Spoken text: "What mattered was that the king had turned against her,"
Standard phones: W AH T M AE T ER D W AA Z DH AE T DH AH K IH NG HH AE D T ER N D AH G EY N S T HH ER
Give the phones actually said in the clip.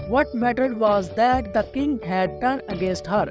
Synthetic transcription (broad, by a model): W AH T M AE T ER D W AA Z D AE T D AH K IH NG HH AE D T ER N AH G EY N S T HH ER